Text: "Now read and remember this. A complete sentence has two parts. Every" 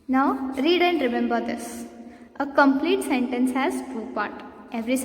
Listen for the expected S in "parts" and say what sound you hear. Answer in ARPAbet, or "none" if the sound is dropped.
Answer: none